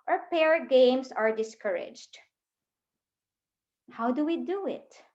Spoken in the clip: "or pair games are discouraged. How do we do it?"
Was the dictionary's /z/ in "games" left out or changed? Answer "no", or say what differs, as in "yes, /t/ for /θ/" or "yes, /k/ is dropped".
yes, /s/ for /z/